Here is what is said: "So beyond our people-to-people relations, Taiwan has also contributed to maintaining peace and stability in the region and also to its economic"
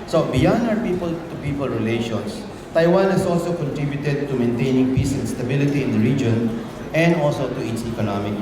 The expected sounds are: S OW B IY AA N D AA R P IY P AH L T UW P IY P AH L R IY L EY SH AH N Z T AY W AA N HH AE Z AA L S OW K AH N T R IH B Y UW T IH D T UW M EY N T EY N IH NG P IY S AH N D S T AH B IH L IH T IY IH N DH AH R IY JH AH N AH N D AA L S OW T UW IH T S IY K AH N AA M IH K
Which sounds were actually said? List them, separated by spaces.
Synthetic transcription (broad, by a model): S OW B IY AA N AA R P IY P AH L T UW P IY P AH L R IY L EY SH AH N S T AY W AA N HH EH S AA L S OW K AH N T R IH B Y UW T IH D T UW M EY N T EY N IH NG P IY S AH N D S T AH B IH L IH T IY IH N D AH R IY JH AH N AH N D AA L S OW T UW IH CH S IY K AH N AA M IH K